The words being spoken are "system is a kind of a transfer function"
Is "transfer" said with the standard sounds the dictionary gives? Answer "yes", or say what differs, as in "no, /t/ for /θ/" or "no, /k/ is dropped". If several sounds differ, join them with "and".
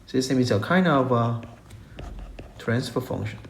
no, /p/ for /f/